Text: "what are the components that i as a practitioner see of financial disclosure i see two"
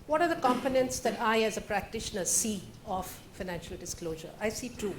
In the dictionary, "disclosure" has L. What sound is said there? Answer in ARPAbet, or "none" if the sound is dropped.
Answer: L